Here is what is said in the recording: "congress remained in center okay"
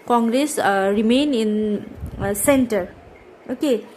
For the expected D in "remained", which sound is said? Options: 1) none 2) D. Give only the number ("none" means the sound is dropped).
1